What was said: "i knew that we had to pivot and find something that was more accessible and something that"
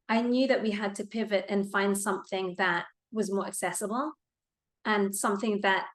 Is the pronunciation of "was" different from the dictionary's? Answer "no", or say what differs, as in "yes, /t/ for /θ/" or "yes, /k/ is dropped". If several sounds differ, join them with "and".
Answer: no